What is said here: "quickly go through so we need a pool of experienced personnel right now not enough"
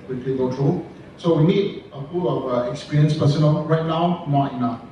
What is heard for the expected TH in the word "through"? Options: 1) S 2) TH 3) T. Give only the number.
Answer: 3